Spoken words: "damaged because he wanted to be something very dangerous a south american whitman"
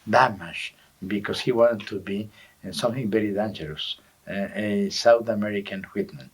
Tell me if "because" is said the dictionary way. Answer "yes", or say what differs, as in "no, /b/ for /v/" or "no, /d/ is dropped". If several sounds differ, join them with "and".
no, /s/ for /z/